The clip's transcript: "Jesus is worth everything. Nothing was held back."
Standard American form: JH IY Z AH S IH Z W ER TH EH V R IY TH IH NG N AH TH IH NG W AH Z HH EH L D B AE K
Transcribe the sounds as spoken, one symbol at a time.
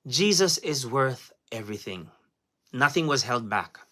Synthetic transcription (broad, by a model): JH IY Z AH S IH Z W ER TH EH V R IY TH IH NG N AH TH IH NG W AH Z HH EH L D B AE K